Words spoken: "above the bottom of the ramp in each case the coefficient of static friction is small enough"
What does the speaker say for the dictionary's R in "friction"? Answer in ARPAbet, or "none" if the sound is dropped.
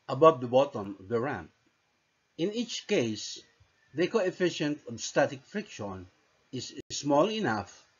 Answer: R